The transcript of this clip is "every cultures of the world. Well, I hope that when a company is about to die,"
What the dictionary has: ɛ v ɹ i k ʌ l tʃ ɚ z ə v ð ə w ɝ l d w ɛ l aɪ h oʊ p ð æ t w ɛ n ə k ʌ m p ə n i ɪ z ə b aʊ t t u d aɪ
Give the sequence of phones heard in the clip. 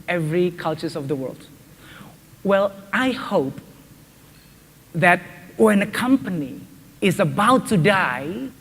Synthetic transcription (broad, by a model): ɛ v ɹ i k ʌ l tʃ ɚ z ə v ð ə w ɝ l d w ɛ l aɪ h oʊ p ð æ t w ɛ n ə k ʌ m p ə n i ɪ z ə b aʊ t t u d aɪ